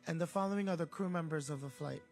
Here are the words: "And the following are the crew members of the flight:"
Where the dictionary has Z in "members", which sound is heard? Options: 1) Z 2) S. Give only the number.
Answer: 1